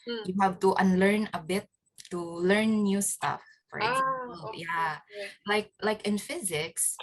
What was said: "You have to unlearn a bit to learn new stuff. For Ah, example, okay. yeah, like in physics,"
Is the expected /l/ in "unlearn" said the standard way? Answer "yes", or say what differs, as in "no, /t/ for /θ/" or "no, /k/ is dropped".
yes